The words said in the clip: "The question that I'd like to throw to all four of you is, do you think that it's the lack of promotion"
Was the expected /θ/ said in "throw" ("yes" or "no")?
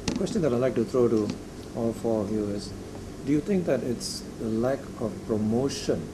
no